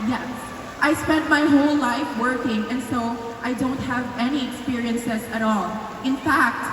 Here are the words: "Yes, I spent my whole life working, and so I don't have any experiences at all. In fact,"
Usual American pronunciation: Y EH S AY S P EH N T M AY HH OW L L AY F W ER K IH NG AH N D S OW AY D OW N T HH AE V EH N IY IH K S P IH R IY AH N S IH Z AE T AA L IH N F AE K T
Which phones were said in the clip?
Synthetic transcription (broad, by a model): Y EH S AY S P EH N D M AY HH OW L L AY F W ER K IH NG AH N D S OW AY D OW N T HH AE V EH N IY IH K S P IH R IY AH N S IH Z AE T AA L IH N F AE K T